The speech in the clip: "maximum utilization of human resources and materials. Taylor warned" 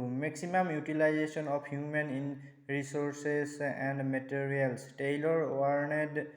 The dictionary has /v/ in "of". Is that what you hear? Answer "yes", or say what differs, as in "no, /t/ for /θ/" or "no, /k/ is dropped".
no, /p/ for /v/